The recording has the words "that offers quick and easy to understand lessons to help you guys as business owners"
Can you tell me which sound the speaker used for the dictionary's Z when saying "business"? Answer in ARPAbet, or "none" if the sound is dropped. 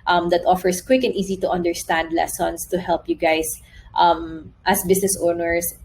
S